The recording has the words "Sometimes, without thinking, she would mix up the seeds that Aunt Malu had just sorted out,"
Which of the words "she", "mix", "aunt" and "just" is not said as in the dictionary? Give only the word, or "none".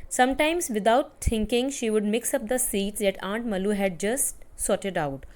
none